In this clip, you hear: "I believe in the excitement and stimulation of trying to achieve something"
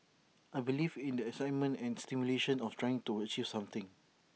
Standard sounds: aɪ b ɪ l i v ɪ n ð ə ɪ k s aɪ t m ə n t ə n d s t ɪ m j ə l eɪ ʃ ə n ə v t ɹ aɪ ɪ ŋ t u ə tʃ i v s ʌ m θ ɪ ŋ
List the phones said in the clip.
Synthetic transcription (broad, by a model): aɪ b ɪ l i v ɪ n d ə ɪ s aɪ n m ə n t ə n s t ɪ m j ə l eɪ ʃ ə n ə f t ɹ aɪ ɪ ŋ t u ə tʃ i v s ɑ m t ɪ ŋ